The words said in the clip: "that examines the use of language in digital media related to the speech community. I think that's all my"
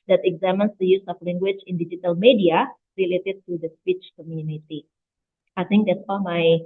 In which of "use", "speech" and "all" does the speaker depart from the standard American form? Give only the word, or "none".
none